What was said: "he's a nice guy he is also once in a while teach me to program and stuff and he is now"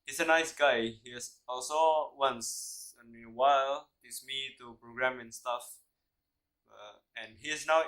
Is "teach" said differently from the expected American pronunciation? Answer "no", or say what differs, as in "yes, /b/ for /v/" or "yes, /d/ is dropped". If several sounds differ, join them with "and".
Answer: yes, /s/ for /tʃ/